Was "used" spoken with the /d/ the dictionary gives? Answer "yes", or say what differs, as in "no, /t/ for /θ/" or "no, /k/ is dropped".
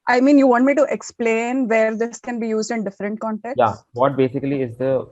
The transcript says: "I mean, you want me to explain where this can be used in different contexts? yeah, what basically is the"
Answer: yes